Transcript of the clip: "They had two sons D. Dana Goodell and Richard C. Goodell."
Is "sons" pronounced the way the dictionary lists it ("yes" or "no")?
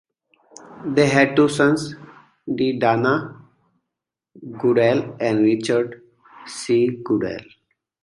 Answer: no